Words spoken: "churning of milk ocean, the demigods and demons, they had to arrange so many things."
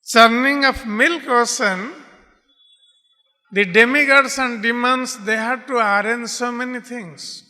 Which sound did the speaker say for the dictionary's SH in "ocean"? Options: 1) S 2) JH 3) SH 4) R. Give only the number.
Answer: 1